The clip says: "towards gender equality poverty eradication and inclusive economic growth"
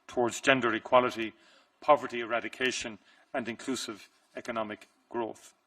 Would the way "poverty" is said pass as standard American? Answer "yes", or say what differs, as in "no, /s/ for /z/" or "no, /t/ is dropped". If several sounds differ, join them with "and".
yes